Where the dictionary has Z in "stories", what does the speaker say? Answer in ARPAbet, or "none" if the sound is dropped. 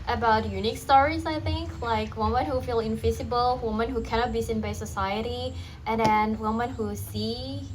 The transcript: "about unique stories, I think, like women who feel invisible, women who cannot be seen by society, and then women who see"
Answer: Z